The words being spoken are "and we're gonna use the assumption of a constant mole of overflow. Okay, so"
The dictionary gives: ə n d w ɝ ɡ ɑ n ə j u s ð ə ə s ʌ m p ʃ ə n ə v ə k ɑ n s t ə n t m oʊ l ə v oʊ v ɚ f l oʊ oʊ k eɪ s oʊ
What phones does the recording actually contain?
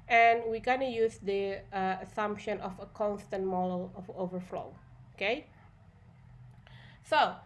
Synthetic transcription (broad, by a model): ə n w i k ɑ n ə j u s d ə ə s ʌ m p ʃ ə n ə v ə k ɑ n s t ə n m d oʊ l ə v oʊ v ɚ f l oʊ oʊ k eɪ s oʊ